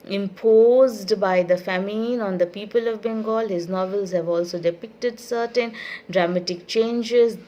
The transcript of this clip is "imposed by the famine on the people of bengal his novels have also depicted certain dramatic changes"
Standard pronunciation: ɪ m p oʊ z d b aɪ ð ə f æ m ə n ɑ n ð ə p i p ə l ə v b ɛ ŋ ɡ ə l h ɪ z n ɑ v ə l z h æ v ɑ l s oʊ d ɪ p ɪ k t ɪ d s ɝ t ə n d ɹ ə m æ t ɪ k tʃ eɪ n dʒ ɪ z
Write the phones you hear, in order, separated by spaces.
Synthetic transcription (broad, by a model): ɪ m p oʊ z d b aɪ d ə f æ m ə n ɑ n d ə p i p ə l ə v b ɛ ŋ ɡ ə l h ɪ z n ɑ v ə l z h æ v ɑ l s oʊ d ɪ p ɪ k t ɪ d s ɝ t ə n d ɹ ə m æ t ɪ k tʃ eɪ n dʒ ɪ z